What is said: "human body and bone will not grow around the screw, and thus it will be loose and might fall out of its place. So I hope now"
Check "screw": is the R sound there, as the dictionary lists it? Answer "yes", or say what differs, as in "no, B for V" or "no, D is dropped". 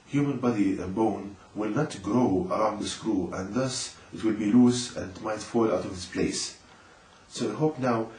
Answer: yes